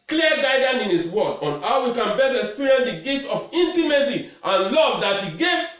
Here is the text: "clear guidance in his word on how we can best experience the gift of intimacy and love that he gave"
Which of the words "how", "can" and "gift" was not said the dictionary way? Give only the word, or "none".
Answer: gift